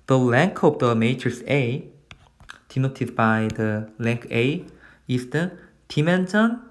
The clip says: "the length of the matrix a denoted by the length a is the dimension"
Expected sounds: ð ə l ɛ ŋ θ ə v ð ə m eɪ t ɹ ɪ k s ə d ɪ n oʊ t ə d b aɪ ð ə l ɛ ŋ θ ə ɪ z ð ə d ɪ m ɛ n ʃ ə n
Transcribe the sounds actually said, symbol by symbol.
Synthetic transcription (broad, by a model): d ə l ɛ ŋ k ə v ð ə m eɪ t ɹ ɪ s ə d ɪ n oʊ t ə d b aɪ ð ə l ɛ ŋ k ə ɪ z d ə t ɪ m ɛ n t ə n